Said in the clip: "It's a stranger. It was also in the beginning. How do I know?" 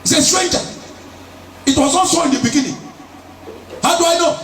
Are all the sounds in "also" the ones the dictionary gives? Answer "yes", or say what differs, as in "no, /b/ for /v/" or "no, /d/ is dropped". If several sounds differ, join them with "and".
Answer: no, /n/ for /l/